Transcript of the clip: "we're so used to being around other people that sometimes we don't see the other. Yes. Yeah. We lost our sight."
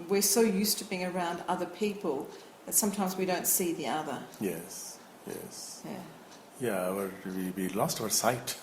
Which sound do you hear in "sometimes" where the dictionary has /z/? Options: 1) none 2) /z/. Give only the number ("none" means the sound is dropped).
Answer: 2